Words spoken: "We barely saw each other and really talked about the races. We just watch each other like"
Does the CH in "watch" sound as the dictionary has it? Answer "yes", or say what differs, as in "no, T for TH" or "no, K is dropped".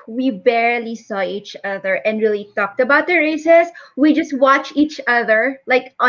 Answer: yes